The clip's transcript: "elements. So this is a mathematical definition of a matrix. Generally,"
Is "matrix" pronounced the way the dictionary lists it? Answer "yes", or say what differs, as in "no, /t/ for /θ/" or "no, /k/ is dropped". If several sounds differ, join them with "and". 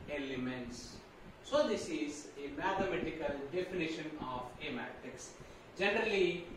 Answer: no, /ɹ/ is dropped